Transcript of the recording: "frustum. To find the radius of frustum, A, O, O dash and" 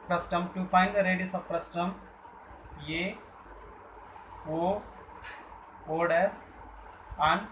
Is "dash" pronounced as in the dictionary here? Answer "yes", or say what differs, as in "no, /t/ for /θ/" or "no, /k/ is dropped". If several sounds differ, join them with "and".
no, /s/ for /ʃ/